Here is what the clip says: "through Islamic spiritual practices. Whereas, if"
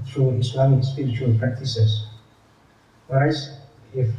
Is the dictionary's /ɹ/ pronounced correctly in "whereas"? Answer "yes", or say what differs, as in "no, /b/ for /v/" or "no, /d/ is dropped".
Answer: no, /ɹ/ is dropped